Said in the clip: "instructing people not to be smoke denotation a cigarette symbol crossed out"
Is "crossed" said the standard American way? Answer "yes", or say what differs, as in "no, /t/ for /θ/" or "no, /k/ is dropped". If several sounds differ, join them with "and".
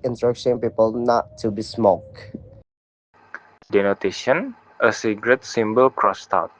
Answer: yes